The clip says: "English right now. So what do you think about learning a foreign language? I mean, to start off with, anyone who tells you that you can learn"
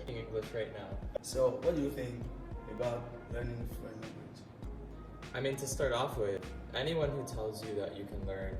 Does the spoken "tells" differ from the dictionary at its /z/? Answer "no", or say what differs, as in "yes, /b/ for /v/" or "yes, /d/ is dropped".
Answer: no